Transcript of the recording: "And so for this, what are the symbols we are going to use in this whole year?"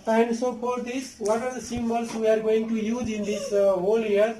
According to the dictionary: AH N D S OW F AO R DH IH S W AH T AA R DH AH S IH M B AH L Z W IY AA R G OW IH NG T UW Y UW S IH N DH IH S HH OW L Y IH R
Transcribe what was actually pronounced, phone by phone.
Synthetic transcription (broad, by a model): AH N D S OW P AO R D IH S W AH T AA R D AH S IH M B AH L S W IY AA R G OW IH NG T UW Y UW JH IH N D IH S HH OW L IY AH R